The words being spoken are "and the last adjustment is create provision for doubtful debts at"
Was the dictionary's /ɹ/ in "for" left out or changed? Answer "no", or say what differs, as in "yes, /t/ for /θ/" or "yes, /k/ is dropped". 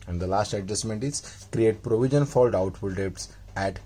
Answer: yes, /l/ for /ɹ/